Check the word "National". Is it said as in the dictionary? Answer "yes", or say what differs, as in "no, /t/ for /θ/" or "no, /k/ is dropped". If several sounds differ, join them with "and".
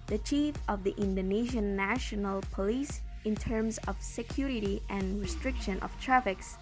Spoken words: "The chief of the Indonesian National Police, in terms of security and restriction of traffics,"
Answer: yes